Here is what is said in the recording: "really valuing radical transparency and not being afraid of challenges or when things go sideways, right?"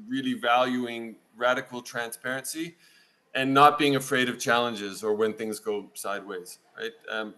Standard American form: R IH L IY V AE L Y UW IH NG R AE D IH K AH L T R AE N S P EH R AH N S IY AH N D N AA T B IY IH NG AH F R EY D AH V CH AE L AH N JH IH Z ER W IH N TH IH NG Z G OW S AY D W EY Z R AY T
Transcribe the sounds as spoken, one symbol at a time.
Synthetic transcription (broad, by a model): R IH L IY V AE L Y UW IH NG R AE D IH K L T R AE N S P EH R AH N S IY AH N N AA T B IY IH NG AH F R EY D AH V CH AE L AH N JH IH Z ER W IH N TH IH NG Z G OW S AY D W EY Z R AY T